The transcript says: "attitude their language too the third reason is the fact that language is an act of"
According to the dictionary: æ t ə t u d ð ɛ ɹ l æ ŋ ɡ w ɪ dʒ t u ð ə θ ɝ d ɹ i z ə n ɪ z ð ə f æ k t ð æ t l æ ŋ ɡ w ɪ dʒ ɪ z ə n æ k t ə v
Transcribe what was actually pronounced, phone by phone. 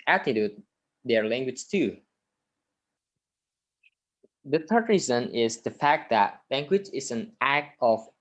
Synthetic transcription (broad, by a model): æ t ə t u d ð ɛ ɹ l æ ŋ ɡ w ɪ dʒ t u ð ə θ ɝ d ɹ i z ə n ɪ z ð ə f æ k t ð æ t l æ ŋ ɡ w ɪ dʒ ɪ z ə n æ k t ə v